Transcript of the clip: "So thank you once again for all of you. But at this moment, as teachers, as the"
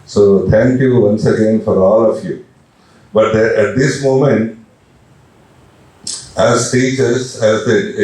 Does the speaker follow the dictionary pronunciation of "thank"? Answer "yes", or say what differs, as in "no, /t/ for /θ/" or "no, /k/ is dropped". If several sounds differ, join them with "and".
no, /t/ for /θ/